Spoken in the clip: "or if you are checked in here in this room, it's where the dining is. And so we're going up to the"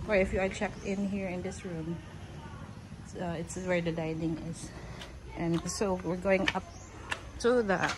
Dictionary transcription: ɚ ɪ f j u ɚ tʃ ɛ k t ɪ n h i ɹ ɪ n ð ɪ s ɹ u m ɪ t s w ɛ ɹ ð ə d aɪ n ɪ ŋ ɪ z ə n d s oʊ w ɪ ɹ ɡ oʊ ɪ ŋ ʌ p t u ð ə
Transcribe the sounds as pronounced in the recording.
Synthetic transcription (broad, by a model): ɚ ɪ f j u ɚ tʃ ɛ k t ɪ n h i ɹ ɪ n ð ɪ s ɹ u m ɪ t s w ɛ ɹ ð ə d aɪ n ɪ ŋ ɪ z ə n s oʊ w ɪ ɹ ɡ oʊ ɪ ŋ ʌ p t u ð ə